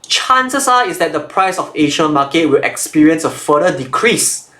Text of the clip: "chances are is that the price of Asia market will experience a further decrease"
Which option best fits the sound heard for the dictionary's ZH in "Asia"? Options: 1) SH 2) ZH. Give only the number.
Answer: 1